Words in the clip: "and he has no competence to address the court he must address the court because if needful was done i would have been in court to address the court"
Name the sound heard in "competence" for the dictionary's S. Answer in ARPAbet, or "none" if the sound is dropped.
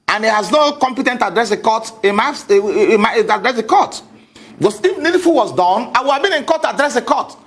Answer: none